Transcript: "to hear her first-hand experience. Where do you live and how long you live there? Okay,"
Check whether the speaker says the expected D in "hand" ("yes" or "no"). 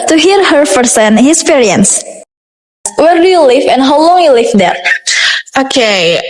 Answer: no